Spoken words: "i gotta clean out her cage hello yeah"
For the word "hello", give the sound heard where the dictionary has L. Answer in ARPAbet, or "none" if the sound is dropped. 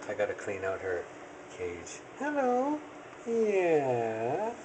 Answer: L